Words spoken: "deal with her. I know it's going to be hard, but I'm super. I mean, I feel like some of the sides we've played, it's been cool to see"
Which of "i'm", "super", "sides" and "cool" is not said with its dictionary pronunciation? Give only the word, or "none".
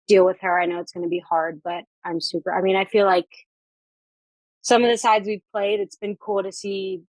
none